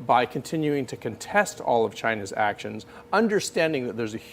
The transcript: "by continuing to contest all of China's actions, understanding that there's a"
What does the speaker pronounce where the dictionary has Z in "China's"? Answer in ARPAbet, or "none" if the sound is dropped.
Z